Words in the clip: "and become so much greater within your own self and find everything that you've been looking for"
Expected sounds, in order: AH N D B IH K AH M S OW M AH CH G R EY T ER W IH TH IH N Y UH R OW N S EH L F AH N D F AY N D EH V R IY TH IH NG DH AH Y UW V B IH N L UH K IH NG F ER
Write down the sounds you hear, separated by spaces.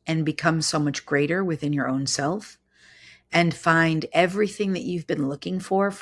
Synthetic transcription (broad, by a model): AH N B IH K AH M S OW M AH CH G R EY T ER W IH TH IH N Y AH R OW N S EH L F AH N F AY N D EH V R IY TH IH NG DH AH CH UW V B IH N L UH K IH NG F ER